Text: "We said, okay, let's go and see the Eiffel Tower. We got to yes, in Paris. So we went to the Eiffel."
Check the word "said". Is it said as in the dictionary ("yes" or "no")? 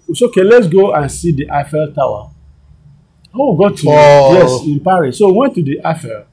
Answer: no